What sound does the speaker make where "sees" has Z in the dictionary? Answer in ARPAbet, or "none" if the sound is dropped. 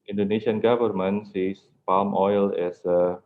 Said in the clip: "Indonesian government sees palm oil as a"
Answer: S